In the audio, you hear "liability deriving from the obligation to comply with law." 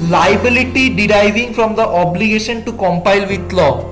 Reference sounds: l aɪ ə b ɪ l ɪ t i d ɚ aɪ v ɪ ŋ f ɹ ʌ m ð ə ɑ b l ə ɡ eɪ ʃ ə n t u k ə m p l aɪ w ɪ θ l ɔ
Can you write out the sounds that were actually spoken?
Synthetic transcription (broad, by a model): l aɪ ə b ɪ l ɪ t i d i aɪ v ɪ ŋ f ɹ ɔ m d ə ɑ b l ə ɡ eɪ ʃ ə n t u k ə m p aɪ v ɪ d l ɔ